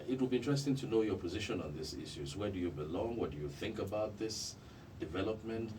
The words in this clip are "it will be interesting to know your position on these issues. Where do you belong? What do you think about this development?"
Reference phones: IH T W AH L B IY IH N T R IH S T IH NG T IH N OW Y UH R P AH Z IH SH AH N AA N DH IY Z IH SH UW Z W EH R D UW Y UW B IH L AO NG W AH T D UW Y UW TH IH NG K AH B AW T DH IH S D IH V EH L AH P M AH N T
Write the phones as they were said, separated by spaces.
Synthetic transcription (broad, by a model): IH T W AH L B IY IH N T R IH S T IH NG T IH N OW Y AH R P AH Z IH SH AH N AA N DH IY S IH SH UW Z W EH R D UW Y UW B IH L AO NG W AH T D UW Y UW TH IH NG K AH B AW T DH IH S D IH V EH L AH P M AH N T